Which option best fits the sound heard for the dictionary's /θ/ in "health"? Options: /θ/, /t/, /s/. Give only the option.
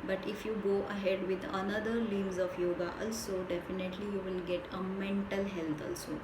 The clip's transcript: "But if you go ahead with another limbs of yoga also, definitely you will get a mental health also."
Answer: /t/